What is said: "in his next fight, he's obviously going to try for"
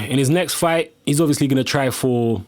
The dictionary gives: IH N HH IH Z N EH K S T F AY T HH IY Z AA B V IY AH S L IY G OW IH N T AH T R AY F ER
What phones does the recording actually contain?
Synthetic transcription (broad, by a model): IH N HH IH Z N EH K S T F AY T HH IY Z AA B V IY AH S L IY G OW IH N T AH T R AY F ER